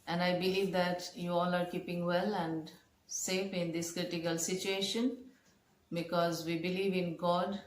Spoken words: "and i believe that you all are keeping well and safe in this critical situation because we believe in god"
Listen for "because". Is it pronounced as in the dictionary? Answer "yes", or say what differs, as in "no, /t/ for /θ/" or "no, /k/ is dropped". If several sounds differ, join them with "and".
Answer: yes